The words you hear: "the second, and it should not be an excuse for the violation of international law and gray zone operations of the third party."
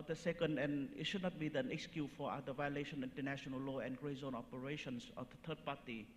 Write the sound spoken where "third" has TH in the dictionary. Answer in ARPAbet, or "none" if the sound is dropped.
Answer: T